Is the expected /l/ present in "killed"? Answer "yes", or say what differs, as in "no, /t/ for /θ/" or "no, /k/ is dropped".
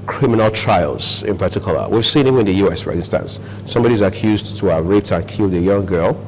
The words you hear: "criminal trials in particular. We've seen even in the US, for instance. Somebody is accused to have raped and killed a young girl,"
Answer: yes